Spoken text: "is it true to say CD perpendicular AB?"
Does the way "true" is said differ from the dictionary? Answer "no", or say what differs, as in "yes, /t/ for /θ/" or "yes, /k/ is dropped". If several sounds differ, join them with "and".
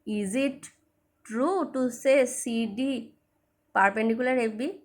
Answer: no